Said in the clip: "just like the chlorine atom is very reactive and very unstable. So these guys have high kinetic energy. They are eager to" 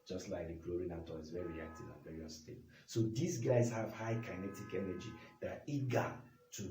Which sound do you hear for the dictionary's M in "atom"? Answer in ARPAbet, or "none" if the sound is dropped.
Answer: none